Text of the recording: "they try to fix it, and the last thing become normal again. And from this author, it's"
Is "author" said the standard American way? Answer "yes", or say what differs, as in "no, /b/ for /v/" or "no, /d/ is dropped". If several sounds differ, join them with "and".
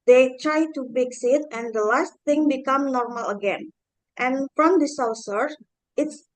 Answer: no, /s/ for /θ/